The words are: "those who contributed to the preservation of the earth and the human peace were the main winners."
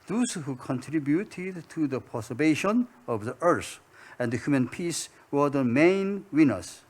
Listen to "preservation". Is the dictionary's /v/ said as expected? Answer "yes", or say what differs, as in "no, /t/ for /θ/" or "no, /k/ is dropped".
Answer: no, /b/ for /v/